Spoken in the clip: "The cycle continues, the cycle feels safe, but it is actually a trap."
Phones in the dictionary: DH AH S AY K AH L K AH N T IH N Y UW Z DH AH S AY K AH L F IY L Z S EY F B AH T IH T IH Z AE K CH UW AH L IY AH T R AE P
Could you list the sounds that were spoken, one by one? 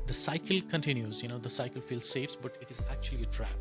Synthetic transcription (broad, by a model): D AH S AY K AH L K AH N T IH N Y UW Z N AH S AY K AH L F IY L Z S EY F B AH T IH T IH Z AE K CH UW AH L IY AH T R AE